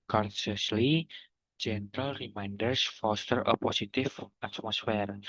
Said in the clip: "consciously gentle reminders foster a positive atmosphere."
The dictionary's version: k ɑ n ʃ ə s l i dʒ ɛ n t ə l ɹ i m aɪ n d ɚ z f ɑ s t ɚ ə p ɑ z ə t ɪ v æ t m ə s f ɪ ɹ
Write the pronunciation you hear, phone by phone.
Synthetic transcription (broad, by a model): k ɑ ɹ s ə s l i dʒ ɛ n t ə l ɹ i m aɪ n d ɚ s f ɑ s t ɚ ə p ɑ s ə t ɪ f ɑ t m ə s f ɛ ɹ